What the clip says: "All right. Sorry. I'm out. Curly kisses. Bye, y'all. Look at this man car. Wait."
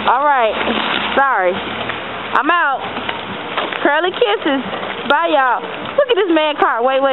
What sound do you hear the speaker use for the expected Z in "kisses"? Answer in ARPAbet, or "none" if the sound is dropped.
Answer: Z